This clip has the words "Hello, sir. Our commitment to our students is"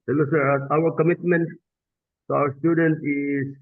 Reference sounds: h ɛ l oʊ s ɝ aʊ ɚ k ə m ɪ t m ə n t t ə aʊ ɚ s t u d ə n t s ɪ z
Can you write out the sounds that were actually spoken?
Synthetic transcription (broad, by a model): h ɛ l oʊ s ɝ aʊ ɚ k ə m ɪ t m ə n t s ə aʊ ɚ s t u d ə n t ɪ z